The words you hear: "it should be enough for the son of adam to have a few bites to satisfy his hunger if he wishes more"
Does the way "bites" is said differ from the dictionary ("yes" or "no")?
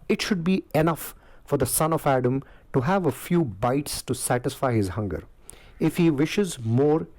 no